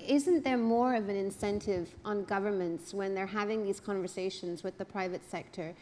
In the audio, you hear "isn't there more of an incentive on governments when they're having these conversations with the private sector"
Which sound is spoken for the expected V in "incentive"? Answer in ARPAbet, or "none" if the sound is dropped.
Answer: V